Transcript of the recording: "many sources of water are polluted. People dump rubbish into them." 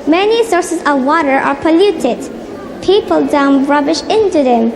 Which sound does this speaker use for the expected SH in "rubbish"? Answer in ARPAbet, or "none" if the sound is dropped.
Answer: SH